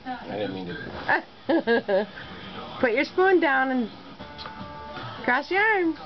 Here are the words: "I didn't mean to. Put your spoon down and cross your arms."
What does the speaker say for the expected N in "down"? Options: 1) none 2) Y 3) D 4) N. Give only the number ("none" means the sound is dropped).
4